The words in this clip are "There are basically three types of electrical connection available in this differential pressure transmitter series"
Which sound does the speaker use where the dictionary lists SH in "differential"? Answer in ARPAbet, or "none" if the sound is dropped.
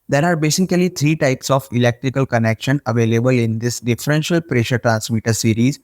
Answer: SH